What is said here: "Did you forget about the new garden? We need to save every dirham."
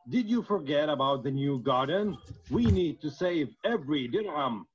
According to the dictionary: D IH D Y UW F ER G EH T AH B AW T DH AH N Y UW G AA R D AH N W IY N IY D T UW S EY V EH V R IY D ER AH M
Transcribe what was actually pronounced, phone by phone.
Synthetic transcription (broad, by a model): D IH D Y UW F ER G EH T AH B AW T DH AH N Y UW G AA R D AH N W IY N IY D T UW S EY V EH V R IY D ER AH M